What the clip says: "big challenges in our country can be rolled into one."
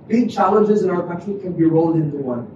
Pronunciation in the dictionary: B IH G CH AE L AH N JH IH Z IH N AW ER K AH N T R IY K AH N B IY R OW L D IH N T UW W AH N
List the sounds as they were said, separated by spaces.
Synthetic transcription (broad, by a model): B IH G CH AE L AH N JH IH Z IH N AW ER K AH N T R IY K AH N B IY R OW L D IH N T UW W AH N